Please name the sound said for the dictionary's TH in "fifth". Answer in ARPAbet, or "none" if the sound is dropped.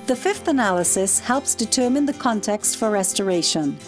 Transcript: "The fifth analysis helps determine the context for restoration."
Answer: TH